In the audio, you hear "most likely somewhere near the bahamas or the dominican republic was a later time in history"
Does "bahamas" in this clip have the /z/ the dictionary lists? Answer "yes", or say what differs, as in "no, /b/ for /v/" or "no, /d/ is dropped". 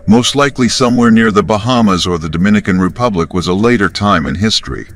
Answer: yes